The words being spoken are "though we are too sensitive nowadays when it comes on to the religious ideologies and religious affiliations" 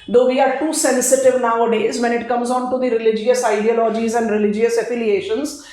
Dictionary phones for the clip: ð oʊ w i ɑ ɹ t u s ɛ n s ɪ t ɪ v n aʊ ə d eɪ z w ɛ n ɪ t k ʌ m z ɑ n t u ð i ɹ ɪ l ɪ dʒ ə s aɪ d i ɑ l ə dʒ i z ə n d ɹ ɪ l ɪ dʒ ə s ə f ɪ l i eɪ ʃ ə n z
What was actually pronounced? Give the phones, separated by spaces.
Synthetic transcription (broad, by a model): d oʊ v i ɑ ɹ t u s ɛ n s ɪ t ɪ v n aʊ ə d eɪ z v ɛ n ɪ t k ʌ m z ɑ n t u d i ɹ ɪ l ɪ dʒ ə s aɪ d i ɑ l ə dʒ i z ə n d ɹ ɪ l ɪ dʒ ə s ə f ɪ l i eɪ ʃ ə n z